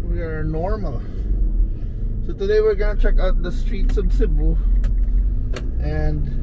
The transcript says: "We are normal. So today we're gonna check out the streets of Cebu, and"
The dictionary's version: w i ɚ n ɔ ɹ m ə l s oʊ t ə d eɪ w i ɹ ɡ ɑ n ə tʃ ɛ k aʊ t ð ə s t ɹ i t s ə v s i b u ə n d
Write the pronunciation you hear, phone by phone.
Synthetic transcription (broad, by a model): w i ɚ n ɔ ɹ m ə s oʊ t ə d eɪ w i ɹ ɡ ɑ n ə tʃ ɛ k aʊ t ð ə s t ɹ i t s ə b s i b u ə n d